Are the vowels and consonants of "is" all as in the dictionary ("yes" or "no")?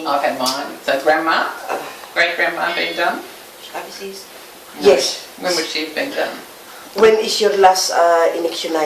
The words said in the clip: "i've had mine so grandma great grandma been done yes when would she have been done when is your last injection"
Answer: no